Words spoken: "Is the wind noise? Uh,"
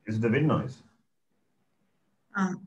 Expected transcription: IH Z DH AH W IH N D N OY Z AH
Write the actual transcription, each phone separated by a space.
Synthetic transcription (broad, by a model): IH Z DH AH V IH D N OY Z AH